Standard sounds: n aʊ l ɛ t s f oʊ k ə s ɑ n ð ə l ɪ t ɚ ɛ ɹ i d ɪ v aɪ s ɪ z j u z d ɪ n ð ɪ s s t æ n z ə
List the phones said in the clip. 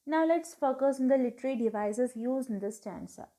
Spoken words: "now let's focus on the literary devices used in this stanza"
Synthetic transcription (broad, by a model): n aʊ l ɛ t s f oʊ k ə s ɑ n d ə l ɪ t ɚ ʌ ɹ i d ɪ v aɪ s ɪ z j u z ɪ n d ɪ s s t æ n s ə